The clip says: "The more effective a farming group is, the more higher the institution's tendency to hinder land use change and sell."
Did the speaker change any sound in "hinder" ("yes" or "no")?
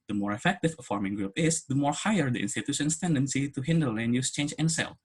no